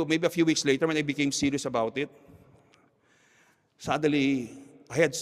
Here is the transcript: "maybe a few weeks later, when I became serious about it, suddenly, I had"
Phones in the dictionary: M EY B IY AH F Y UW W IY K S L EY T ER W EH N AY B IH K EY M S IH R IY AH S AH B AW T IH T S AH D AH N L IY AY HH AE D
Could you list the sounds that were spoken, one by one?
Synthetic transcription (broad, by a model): M EY B IY AH F Y UW W IY K S L EY T ER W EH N AY B IH K EY M S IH R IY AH S AH B AW T IH T S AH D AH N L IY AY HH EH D